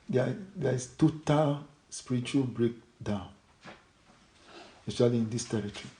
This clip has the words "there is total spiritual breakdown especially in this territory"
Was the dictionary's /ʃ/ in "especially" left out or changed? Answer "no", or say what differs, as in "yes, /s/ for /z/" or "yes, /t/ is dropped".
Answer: yes, /ʃ/ is dropped